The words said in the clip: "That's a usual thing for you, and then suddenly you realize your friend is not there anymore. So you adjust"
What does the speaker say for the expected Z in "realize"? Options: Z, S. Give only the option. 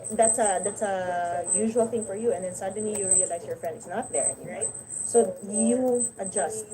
S